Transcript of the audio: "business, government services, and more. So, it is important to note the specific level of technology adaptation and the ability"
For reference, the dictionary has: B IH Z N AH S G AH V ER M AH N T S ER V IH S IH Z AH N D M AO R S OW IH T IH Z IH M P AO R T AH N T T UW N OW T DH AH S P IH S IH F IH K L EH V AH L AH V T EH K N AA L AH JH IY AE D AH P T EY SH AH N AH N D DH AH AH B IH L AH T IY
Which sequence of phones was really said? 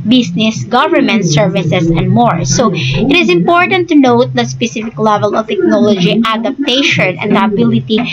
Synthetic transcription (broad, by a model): B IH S N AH S G AH V ER M AH N T S ER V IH S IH S AH N D M AO R S OW IH T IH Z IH M P AO R T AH N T T UW N OW T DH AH S P IH S IH F IH K L EH V AH L AH V T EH K N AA L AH JH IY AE D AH P T EY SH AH N AH N D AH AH B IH L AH T IY